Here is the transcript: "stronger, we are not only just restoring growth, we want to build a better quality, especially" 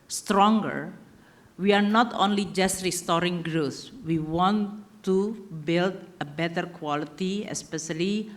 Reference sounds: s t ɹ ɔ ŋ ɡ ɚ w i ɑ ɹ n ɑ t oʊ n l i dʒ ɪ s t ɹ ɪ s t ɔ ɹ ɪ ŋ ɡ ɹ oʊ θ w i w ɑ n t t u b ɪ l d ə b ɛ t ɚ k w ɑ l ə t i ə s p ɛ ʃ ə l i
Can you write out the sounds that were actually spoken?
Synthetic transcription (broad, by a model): s t ɹ ɔ ŋ ɡ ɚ w i ɑ ɹ n ɑ t oʊ n l i dʒ ɪ s t ɹ ɪ s t ɔ ɹ ɪ ŋ ɡ ɹ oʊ s w i w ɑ n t t u b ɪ l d ə b ɛ t ɚ k w ɑ l ə t i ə s p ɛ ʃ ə l i